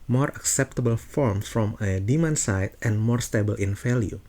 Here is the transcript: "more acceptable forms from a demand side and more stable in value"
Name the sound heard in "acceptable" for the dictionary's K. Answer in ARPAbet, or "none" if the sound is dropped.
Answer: K